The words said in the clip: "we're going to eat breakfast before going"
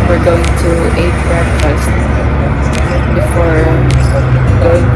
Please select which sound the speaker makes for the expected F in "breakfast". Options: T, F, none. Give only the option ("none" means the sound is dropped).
none